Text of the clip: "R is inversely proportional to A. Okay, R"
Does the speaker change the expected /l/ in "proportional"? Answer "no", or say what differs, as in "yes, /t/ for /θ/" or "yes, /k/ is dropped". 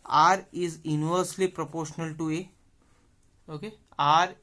no